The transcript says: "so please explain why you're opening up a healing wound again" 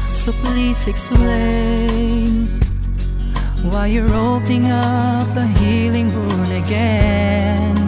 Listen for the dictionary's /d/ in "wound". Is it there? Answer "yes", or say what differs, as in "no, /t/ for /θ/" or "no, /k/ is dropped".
no, /d/ is dropped